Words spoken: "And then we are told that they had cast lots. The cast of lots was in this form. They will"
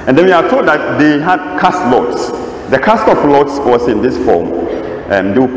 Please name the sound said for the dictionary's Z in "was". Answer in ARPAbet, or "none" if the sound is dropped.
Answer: S